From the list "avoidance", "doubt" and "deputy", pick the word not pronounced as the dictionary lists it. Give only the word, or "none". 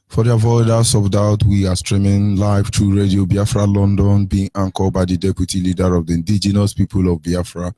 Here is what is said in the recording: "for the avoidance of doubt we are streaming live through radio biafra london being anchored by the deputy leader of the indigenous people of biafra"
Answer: avoidance